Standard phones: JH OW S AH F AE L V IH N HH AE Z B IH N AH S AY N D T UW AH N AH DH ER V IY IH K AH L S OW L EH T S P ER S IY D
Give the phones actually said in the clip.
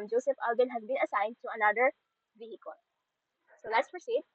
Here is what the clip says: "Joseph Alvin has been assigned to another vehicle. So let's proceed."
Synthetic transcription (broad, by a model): JH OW S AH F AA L B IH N HH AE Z B IH N AH S AY N D T UW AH N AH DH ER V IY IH K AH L S OW L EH T S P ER S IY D